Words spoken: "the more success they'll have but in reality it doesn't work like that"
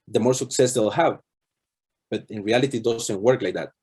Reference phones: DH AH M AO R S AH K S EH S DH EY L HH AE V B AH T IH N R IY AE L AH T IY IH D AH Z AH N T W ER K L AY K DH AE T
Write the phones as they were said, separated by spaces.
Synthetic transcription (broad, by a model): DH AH M AO R S AH K S EH S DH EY L HH AE V B AH T IH N R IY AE L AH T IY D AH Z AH N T W ER K L AY K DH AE T